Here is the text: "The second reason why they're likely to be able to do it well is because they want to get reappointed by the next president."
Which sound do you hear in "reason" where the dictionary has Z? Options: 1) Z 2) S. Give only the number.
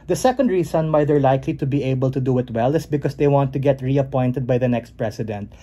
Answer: 2